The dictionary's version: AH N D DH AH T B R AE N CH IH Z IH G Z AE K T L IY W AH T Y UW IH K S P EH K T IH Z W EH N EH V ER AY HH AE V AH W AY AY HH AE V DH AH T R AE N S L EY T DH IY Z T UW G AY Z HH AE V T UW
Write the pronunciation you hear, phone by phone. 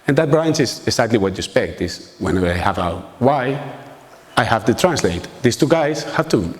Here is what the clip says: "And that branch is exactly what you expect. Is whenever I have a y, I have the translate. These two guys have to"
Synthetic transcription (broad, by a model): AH N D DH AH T B R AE N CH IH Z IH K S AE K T L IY W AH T Y UW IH S P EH K T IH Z W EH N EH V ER AY HH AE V AH W AY AY HH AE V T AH T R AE N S L EY T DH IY S T UW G AY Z HH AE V T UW